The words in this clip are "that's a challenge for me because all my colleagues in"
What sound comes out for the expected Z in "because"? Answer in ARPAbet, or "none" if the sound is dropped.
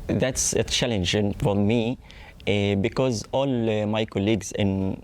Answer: Z